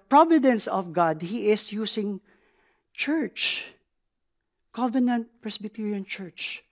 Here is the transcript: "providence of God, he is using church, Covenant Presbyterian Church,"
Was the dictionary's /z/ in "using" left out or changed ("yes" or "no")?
yes